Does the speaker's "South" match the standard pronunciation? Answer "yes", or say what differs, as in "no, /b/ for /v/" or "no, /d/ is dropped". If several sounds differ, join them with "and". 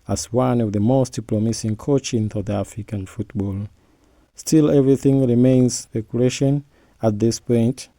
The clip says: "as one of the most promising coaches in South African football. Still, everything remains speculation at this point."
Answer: no, /θ/ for /s/